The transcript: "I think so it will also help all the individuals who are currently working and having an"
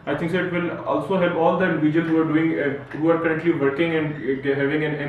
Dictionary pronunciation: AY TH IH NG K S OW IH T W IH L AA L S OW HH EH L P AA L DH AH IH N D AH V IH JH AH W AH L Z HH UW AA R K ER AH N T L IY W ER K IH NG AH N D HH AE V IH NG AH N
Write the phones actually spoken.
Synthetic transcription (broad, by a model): AY T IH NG K S OW IH T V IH L AA L S OW HH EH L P AA L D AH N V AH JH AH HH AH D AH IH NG HH UW AA R K ER AH N T L IY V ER K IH NG AH N D HH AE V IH NG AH N